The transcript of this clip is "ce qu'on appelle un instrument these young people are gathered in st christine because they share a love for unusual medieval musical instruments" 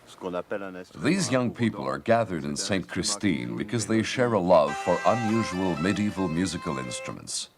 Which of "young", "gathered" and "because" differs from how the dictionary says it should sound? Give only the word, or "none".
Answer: none